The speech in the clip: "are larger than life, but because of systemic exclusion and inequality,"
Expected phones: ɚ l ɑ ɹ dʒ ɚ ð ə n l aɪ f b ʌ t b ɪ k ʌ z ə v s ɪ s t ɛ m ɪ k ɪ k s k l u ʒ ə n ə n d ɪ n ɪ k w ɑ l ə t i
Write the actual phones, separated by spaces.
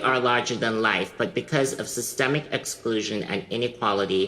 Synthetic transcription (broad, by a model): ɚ l ɑ ɹ dʒ ɚ ð ə n l aɪ f b ʌ t b ɪ k ʌ z ə v s ɪ s t ɛ m ɪ k ɪ k s k l u ʒ ə n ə n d ɪ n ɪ k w ɑ l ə t i